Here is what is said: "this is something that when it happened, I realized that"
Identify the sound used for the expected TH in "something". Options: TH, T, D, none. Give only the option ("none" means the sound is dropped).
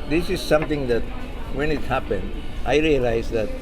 T